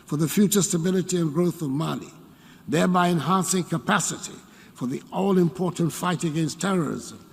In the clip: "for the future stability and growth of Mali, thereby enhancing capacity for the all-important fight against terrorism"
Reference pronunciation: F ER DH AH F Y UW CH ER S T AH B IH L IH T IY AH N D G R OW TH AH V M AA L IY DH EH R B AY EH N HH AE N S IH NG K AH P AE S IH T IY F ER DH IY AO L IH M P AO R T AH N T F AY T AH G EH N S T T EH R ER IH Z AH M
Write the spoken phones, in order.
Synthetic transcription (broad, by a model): F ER DH AH F Y UW CH ER S T AH B IH L IH T IY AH N G R OW TH AH V M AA N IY DH EH R B AY EH N HH AE N S IH NG K AH P AE S IH T IY F ER DH IY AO L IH M P AO R T N T F AY T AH G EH N S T T EH R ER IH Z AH M